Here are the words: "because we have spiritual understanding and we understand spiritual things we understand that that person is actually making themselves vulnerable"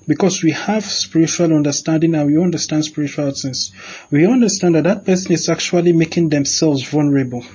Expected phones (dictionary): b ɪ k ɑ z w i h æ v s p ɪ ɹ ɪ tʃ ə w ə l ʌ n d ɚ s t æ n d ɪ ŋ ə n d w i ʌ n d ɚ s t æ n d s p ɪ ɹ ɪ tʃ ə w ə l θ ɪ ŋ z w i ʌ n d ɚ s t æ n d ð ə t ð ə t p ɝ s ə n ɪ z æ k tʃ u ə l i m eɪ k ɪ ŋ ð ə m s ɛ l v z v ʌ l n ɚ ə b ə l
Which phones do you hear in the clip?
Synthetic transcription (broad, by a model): b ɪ k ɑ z w i h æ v s p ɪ ɹ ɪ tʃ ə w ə l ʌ n d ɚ s t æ n d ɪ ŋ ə n w i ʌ n d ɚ s t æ n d s p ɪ ɹ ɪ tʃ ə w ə l s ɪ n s w i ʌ n d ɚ s t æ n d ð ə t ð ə t p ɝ s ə n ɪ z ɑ k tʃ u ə l i m eɪ k ɪ ŋ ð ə m s ɛ l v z v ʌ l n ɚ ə b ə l